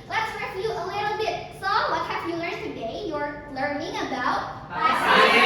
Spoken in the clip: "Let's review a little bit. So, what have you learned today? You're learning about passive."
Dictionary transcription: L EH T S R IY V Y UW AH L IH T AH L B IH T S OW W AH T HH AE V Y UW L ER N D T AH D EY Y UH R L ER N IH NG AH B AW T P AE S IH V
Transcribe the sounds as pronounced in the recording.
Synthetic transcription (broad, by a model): L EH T S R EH Y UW AH L IH T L B IH T S OW W AH T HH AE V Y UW L ER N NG T AH D EY Y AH R L ER N IH NG AH B AW T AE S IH